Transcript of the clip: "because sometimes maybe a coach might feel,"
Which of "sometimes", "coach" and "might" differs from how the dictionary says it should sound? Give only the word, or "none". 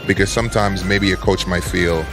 none